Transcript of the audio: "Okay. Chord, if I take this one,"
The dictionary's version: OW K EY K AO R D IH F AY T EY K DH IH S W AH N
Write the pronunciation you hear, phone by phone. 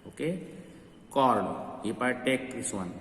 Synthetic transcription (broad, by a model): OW K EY K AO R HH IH P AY T EY K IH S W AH N